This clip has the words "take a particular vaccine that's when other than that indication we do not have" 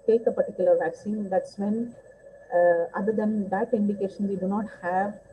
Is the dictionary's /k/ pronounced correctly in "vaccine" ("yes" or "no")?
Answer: yes